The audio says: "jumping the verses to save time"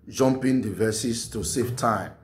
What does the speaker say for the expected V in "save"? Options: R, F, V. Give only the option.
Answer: F